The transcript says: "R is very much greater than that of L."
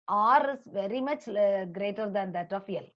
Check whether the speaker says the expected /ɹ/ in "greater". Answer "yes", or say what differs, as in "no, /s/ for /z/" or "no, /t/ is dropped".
yes